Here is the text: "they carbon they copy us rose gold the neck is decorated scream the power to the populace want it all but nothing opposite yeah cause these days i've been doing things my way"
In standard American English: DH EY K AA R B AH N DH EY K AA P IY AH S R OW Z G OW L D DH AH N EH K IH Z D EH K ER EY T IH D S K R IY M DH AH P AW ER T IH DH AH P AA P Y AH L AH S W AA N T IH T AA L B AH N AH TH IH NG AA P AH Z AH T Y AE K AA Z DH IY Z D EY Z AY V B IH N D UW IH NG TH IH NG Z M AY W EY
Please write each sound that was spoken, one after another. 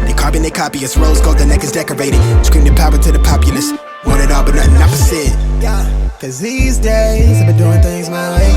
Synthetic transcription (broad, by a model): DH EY K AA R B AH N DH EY K AA P IY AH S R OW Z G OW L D DH AH N EH K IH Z D EH K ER EY T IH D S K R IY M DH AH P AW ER T IH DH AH P AA P Y AH L AH S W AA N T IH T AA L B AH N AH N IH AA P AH S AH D Y AE K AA Z DH IY Z D EY Z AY B IH N D UW IH NG TH IH NG Z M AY